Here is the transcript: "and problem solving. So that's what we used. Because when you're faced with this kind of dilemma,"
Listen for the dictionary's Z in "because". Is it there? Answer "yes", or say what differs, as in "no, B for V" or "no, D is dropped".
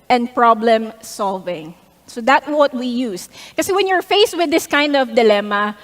no, Z is dropped